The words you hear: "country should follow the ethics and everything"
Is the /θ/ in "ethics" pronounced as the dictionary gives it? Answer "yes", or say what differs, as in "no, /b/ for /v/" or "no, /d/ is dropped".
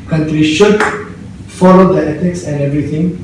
no, /t/ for /θ/